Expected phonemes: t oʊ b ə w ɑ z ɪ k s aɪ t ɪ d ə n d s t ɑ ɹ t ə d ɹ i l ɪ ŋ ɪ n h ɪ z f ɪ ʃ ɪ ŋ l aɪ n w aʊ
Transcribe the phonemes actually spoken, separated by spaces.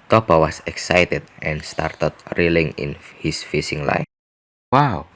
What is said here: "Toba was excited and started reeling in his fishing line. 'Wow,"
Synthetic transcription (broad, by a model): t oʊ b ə w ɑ s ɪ k s aɪ t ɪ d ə n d s t ɑ ɹ t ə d ɹ i l ɪ ŋ ɪ n h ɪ s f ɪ s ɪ ŋ l aɪ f w aʊ